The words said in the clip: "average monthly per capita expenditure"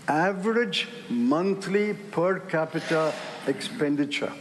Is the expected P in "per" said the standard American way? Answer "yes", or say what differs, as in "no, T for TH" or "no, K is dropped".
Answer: yes